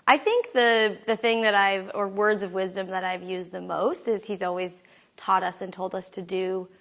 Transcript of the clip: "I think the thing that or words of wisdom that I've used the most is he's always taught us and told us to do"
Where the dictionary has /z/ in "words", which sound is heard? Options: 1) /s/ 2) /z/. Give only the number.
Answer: 2